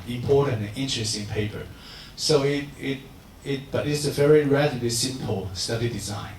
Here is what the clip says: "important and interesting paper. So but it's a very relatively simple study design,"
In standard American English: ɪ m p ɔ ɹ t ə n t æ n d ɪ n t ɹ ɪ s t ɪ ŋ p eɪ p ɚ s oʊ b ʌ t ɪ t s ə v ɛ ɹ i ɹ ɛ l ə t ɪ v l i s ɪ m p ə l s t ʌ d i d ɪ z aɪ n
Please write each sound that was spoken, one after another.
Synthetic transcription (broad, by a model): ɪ m p ɔ ɹ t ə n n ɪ n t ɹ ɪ s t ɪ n p eɪ p ɚ s oʊ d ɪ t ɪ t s ə v ɛ ɹ i ɹ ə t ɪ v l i s ɪ m p ə l s t ʌ d i d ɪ z aɪ n